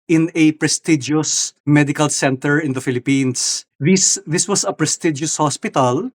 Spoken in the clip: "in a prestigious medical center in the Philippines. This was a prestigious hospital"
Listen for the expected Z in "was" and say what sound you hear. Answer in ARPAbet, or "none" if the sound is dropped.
S